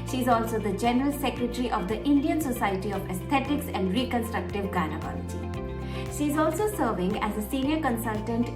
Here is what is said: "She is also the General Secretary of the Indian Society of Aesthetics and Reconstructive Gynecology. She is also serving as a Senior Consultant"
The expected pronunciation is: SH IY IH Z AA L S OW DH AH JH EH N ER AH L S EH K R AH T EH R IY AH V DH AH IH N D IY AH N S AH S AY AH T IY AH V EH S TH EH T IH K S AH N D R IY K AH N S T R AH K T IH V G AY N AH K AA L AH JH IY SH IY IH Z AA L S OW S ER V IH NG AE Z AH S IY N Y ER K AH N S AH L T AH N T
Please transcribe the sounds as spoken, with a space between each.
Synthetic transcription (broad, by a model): SH IY IH Z AA L S OW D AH JH EH N ER AH L S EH K R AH T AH R IY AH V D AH IH N D IY AH N S AH S AY AH T IY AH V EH S T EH T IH K S AH N D R IY K AH N S T R AH K T IH V G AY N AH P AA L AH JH IY SH IY IH Z AA L S OW S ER V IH NG AE Z AH S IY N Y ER K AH N S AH L T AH N T